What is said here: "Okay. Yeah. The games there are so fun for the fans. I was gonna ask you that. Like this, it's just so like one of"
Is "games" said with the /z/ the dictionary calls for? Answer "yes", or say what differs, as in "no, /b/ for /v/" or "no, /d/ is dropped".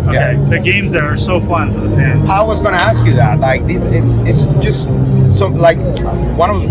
yes